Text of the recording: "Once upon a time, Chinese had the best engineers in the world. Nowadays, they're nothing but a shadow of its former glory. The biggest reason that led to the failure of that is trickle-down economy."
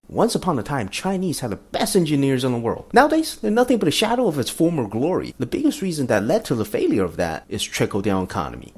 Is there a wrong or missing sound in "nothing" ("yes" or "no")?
no